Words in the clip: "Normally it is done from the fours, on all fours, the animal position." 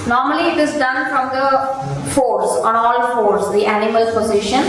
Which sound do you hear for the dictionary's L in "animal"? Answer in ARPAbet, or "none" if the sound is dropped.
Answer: L